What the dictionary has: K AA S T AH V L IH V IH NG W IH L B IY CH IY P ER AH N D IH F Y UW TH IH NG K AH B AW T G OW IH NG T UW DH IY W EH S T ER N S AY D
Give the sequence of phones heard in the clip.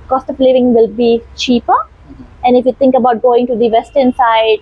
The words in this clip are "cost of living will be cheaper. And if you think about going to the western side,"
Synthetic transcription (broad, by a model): K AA S T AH P L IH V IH NG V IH L B IY CH IY P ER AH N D IH F Y UW T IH NG K AH B AW T G OW IH NG T UW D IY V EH S T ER N S AY D